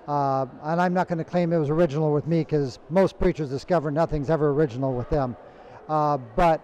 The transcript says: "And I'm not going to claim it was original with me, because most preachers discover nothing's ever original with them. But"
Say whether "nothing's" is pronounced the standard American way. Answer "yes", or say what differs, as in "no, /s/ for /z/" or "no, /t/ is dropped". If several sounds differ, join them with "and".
yes